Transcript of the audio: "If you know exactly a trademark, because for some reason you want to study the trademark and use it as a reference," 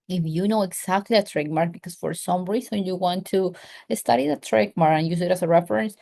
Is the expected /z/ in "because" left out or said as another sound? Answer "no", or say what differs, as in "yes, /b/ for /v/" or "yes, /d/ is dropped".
yes, /s/ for /z/